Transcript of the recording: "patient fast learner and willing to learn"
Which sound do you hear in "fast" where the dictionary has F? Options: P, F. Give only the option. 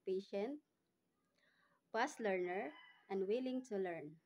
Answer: P